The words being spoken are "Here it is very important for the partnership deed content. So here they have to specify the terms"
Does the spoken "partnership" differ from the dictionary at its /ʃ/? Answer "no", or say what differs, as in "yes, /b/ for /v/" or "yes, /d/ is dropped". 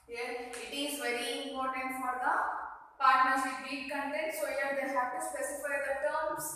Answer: yes, /s/ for /ʃ/